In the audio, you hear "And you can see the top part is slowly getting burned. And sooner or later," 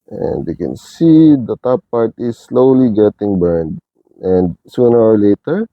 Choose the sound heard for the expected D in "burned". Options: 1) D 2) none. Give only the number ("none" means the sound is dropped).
1